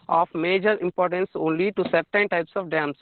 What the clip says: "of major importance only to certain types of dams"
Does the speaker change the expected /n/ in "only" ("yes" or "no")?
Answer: no